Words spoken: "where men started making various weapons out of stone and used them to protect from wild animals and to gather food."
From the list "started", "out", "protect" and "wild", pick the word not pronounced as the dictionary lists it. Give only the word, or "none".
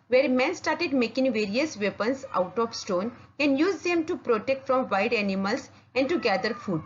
wild